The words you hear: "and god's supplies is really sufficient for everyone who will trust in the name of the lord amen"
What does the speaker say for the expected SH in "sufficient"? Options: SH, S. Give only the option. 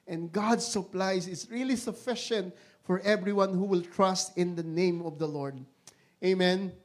SH